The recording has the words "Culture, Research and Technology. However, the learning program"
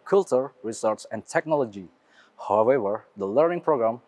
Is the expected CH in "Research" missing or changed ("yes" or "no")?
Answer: yes